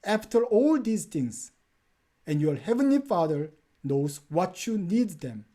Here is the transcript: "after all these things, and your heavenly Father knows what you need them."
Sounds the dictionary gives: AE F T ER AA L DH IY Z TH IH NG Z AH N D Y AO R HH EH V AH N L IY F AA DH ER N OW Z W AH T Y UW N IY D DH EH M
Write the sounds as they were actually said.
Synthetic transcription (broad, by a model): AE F T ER AA L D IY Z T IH NG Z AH N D Y AO R HH EH V AH N L IY F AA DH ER N OW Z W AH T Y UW N IY D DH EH M